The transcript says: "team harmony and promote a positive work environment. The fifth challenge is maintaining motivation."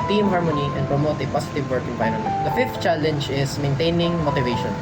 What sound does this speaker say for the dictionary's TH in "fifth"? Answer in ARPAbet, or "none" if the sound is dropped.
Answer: T